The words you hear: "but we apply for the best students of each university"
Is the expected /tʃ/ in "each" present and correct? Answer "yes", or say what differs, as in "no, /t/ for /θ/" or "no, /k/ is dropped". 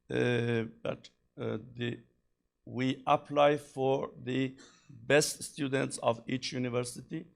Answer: yes